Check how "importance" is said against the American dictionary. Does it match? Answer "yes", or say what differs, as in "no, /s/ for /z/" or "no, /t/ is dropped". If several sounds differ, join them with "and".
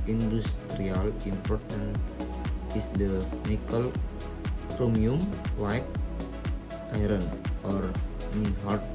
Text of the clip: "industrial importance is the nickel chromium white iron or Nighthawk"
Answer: no, /s/ is dropped